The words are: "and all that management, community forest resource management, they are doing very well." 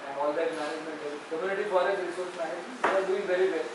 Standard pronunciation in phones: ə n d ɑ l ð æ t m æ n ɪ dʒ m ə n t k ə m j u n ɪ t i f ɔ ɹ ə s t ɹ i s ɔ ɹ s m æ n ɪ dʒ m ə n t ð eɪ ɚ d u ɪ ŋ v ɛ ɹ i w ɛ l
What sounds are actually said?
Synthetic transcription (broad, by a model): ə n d ɑ l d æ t m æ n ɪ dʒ m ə n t k ə m j u n ɪ t i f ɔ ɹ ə t ɹ i s ɔ ɹ s m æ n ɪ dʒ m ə t d u ɪ ŋ v ɛ ɹ i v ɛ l